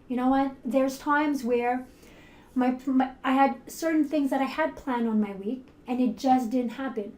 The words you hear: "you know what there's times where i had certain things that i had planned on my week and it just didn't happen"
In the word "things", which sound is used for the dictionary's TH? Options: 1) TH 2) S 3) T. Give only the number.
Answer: 1